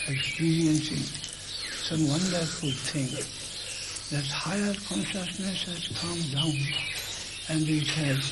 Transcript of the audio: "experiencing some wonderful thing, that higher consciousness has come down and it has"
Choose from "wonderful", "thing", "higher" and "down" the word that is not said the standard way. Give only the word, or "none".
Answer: thing